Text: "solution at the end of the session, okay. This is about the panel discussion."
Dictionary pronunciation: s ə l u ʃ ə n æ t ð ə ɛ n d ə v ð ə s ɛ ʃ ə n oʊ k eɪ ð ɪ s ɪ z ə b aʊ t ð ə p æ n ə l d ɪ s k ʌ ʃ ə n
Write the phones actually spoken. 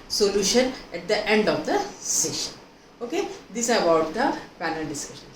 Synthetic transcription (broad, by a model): s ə l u ʃ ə n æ t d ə ɛ n d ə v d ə s ɛ ʃ ə n oʊ k eɪ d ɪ s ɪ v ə ʊ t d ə p æ n ə l d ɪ s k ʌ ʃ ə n